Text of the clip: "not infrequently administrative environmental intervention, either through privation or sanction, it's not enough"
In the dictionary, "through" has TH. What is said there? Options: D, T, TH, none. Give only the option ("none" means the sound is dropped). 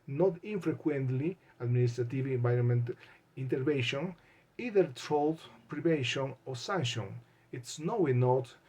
T